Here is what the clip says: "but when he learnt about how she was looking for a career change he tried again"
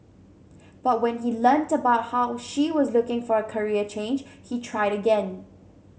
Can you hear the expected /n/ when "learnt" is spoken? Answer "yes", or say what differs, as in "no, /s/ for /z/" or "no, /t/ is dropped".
yes